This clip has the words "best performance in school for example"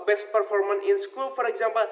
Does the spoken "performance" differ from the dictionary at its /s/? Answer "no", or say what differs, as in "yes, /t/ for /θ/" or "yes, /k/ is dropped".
yes, /s/ is dropped